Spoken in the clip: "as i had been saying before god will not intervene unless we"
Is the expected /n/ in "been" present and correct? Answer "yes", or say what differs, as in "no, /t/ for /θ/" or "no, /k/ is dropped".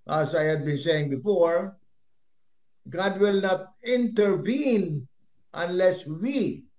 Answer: yes